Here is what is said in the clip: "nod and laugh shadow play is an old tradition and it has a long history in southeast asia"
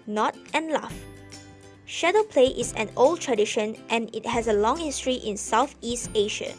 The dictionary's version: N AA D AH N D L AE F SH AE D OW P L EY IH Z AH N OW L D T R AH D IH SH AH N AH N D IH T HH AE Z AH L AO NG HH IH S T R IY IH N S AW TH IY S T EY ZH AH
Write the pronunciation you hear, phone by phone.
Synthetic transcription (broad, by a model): N AA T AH N L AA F SH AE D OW P L EY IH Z AH N OW L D T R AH D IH SH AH N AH N IH T HH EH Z AH L AO NG HH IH S T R IY IH N S AW TH IY S T EY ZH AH